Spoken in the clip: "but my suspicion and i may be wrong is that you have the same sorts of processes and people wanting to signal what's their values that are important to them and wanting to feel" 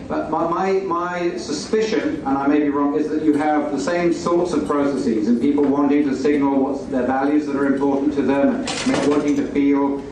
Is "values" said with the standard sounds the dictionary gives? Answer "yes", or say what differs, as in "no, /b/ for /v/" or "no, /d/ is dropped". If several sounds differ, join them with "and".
yes